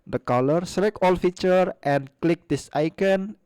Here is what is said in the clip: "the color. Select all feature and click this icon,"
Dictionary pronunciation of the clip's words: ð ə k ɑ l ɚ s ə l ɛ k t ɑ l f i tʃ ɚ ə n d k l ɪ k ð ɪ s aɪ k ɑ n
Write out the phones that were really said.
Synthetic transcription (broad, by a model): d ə k ɑ l ɚ s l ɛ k ɑ l f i tʃ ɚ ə n k l ɪ k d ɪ s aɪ k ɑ n